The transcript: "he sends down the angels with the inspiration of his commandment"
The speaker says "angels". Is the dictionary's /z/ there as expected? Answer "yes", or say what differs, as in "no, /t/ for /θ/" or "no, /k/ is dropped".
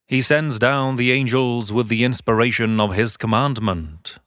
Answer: yes